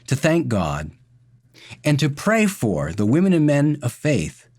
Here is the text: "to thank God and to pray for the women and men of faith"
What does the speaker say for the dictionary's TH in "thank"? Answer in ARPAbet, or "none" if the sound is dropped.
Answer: TH